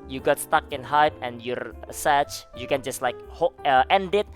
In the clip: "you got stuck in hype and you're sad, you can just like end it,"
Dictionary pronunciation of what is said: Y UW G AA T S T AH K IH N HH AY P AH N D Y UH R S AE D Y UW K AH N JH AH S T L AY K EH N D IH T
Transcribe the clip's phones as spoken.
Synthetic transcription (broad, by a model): Y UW G AA T S T AH K IH N HH AY P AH N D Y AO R S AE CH Y UW K AH N JH AH S T L AY K EH N D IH T